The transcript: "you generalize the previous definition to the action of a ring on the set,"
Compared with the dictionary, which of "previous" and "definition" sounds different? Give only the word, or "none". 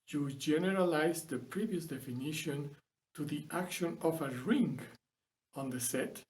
none